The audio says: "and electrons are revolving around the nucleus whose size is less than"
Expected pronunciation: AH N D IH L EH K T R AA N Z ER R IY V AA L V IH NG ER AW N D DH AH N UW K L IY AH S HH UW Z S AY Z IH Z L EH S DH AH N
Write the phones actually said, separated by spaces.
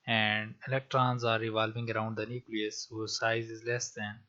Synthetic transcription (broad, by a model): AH N D IH L EH K T R AA N Z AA R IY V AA L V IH NG ER AW N D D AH N UW K L IY AH S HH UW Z S AY Z IH Z L EH S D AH N